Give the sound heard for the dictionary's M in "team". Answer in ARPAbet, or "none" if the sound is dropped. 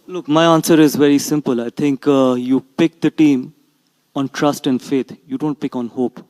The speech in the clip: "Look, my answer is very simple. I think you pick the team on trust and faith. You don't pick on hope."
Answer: M